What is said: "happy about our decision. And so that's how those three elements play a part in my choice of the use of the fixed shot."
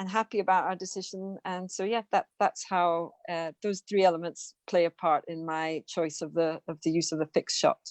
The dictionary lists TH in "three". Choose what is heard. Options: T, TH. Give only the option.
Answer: TH